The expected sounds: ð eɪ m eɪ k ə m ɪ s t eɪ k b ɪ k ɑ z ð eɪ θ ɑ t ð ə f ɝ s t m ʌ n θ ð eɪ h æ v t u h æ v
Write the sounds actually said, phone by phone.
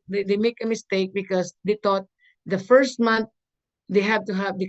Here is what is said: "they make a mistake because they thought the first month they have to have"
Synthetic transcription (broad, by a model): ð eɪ m eɪ k ə m ɪ s t eɪ k b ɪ k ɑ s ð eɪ t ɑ t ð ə f ɝ s t m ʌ n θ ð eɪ h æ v t u h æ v